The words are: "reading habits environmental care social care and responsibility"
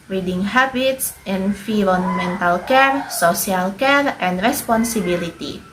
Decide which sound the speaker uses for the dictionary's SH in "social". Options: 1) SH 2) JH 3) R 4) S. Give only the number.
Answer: 4